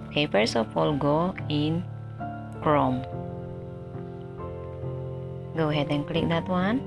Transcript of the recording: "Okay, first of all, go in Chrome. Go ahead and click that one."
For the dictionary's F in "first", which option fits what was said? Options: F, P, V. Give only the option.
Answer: P